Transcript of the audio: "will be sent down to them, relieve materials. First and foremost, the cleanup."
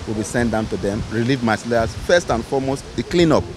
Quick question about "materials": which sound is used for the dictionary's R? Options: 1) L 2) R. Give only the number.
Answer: 1